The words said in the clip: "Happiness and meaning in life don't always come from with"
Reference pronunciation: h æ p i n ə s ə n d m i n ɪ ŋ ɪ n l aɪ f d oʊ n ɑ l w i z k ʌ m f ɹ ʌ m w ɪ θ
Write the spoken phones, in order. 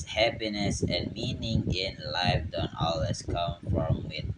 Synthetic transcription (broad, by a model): h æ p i n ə s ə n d m i n ɪ ŋ ɪ n l aɪ f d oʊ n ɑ l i s k ʌ m f ɹ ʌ m w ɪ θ